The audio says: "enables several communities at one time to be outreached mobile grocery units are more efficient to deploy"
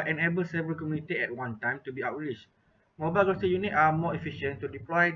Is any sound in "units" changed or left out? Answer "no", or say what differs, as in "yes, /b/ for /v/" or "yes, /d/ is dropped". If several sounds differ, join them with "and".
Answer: yes, /s/ is dropped